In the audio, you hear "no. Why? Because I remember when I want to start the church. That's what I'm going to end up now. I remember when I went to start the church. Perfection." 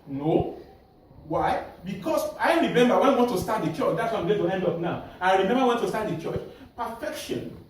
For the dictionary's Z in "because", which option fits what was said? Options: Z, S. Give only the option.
S